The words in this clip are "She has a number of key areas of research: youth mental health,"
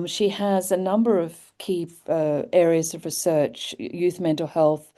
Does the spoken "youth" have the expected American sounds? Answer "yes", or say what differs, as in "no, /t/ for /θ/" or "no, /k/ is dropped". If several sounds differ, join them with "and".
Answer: yes